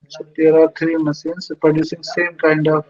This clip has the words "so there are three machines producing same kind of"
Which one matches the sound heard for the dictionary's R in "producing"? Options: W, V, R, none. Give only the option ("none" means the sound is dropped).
R